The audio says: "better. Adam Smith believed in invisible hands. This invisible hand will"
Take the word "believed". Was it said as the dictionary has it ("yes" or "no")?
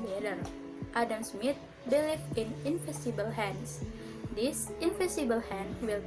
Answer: no